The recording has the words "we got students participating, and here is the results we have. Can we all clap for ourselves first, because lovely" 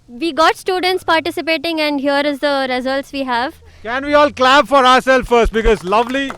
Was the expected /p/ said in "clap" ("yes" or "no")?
no